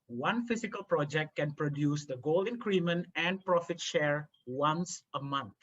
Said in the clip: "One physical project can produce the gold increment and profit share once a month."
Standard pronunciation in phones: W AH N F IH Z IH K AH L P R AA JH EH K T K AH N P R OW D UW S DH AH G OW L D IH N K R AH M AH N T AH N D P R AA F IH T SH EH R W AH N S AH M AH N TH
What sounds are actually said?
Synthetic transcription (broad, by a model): W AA N F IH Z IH K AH L P R AA JH EH K T K AH N P R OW D UW S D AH G OW L IH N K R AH M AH N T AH N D P R AA F IH T SH EH R W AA N S AH M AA N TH